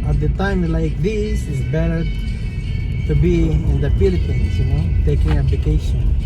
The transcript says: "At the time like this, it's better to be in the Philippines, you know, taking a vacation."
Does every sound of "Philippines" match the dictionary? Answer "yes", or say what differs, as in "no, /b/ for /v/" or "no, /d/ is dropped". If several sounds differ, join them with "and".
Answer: no, /p/ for /f/